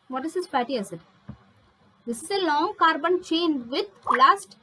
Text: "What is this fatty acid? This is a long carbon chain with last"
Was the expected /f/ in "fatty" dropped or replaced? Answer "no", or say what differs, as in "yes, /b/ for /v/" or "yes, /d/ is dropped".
yes, /p/ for /f/